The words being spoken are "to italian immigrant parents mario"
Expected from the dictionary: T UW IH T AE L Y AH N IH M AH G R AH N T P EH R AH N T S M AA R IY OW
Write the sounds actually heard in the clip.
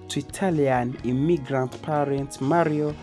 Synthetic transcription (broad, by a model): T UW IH T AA L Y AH N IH M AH G R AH N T P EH R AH N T M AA R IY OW